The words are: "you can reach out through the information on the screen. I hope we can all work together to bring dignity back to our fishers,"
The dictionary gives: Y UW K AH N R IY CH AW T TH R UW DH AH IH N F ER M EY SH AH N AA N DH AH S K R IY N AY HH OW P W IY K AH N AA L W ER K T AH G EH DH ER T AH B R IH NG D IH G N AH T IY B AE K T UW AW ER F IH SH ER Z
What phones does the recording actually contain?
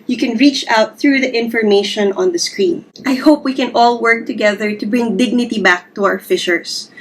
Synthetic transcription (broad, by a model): Y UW K AH N R IY CH AW T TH R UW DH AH IH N F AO M EY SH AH N AA N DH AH S K R IY N AY HH OW P W IY K AH N AA L W ER K T AH G EH DH ER T AH B R IH NG D IH G N AH T IY B AE K T UW AW ER F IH SH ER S